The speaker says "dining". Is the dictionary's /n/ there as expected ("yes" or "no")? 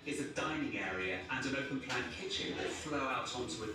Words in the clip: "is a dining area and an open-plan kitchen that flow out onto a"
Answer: yes